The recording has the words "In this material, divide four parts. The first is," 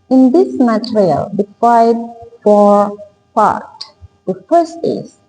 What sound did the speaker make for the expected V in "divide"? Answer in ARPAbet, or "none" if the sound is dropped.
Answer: F